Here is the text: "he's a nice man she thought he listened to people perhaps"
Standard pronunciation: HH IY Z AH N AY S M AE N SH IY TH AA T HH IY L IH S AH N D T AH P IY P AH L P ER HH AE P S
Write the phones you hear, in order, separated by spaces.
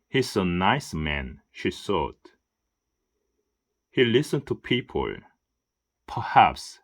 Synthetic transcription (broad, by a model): HH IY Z AH N AY S M AE N SH IY S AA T HH IY L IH S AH N T AH P IY P AH L P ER HH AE P S